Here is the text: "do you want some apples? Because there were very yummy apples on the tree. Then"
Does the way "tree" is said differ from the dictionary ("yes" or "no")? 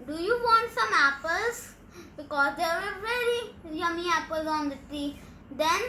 yes